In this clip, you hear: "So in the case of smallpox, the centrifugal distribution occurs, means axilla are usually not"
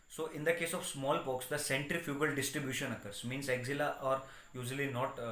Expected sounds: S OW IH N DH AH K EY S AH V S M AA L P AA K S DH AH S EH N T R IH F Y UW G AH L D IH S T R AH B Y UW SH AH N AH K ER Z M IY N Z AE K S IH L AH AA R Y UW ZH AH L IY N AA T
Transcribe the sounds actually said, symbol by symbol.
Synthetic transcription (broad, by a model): S OW IH N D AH K EY S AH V S M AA L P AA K S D AH S EH N T R IH F Y UW G AH L D IH S T R AH B Y UW SH AH N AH K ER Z M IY N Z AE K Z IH L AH AA R Y UW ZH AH L IY N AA T